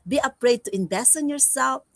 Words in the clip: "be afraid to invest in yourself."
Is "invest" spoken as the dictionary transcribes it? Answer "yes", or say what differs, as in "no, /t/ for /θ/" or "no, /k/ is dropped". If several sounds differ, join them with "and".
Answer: no, /t/ is dropped